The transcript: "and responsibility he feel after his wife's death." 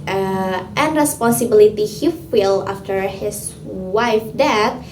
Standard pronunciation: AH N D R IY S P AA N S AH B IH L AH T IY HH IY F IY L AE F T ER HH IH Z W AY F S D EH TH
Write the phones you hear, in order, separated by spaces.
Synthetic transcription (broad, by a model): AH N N R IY S P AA N S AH B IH L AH T IY HH IY F IY L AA F T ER HH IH S W AY F D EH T